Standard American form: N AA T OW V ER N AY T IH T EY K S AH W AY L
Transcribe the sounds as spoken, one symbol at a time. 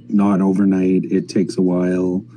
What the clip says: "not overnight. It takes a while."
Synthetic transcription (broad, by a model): N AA T OW V ER N AY T IH T EY K S AH W AY L